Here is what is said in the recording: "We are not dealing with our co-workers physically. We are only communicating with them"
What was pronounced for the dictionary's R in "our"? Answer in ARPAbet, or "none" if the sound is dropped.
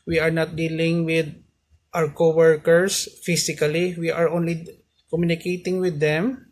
W